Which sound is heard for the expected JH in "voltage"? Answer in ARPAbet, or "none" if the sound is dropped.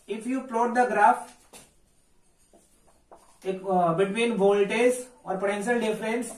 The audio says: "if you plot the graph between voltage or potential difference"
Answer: Z